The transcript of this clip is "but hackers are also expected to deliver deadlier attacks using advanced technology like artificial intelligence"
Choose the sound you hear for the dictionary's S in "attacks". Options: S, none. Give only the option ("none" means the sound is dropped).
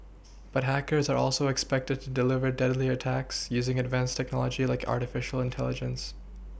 S